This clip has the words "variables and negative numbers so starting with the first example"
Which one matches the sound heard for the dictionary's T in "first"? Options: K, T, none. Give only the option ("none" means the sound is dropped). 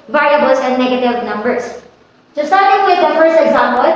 none